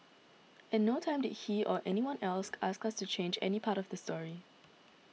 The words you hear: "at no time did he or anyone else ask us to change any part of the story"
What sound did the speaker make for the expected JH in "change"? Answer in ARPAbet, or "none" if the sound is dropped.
JH